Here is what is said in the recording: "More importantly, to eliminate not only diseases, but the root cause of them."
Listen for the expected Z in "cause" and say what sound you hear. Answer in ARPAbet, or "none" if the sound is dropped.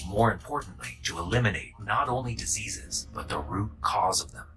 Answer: Z